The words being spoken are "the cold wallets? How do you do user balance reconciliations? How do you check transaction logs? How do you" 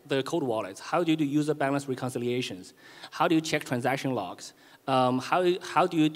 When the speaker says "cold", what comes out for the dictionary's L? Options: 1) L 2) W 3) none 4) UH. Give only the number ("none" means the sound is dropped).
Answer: 3